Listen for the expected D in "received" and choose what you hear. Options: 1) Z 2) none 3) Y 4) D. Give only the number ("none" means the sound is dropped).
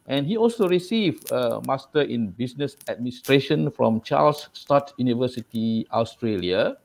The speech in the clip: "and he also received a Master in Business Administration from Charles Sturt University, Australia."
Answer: 2